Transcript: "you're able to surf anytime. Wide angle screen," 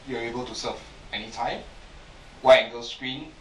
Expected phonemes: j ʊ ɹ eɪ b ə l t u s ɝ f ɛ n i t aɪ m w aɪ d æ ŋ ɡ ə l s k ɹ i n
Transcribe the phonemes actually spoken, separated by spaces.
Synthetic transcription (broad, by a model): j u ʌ eɪ b ə l t u s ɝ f ɛ n i t aɪ m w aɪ ɛ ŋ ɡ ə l s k ɹ i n